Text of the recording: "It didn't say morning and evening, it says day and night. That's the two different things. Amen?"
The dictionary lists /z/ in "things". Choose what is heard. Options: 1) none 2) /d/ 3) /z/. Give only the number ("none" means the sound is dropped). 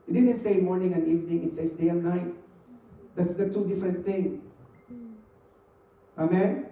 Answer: 1